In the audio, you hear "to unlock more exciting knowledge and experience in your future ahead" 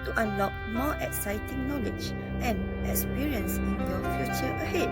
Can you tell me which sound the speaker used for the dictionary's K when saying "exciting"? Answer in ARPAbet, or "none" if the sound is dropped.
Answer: K